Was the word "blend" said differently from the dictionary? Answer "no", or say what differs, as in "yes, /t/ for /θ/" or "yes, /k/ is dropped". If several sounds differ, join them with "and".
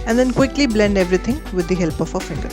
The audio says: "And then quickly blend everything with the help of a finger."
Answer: no